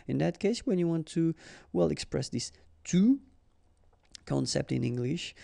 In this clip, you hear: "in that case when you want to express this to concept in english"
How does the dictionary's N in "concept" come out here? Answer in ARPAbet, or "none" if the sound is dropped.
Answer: N